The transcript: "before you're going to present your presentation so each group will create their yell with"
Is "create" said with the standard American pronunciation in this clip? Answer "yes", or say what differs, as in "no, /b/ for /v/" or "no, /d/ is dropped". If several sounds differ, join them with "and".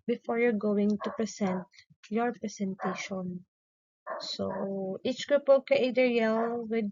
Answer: no, /ɹ/ is dropped